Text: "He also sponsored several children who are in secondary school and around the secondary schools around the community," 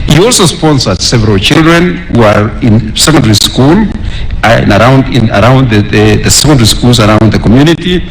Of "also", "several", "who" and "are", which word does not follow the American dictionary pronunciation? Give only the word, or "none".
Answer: none